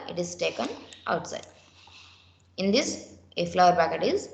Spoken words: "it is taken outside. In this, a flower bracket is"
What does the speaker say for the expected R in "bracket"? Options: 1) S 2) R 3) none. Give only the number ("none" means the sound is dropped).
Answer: 3